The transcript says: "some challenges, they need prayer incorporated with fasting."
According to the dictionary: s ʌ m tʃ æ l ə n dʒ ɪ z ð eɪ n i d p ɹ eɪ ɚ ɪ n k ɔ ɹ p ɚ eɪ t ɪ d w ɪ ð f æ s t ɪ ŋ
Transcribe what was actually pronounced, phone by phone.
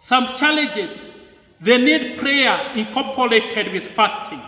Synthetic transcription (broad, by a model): s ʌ m tʃ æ l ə n dʒ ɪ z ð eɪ n i d p ɹ eɪ ɚ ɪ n k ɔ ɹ p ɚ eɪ t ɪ d w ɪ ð f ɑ s t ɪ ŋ